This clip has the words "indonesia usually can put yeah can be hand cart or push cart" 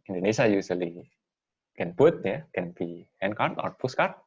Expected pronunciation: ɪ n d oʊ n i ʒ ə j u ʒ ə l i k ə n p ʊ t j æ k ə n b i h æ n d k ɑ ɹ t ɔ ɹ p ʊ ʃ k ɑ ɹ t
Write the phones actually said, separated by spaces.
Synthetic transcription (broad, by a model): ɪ n d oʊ n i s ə j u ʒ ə l i k ə n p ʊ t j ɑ k ə n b i h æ n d k ɑ ɹ t ɔ ɹ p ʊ s k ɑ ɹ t